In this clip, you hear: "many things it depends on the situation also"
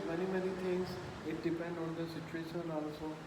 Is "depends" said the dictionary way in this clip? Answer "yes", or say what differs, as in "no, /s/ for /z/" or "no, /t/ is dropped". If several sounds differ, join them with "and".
no, /z/ is dropped